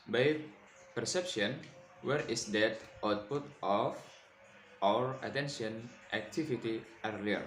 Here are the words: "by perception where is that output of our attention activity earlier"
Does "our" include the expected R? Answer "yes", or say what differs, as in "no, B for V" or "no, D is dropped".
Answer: yes